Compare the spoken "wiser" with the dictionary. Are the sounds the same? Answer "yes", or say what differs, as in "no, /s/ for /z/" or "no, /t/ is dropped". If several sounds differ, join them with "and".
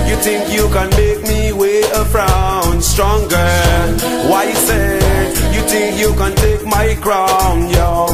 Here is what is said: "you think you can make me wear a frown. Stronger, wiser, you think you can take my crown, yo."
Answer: no, /s/ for /z/